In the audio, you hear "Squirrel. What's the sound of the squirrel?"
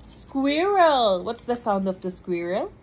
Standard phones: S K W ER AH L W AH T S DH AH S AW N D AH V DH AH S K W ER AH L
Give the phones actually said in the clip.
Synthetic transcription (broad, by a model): S K W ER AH L W AH T S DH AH S AW N D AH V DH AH S K W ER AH L